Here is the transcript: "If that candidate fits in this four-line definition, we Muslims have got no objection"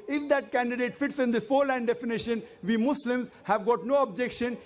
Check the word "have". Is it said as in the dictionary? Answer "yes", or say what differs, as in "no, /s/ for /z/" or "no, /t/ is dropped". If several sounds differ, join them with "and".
yes